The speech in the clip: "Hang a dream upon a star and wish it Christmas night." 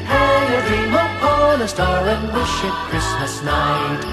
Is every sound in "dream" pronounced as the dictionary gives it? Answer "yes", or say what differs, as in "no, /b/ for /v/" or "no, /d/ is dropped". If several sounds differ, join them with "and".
no, /ɹ/ is dropped